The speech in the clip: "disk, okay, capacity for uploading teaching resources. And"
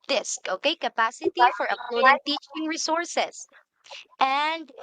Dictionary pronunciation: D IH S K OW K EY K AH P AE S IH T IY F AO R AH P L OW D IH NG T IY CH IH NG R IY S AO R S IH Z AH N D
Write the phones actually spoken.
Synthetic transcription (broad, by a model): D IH S K OW K EY K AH P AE S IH T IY F AO R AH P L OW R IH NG T IY CH IH NG R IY S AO R S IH S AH N D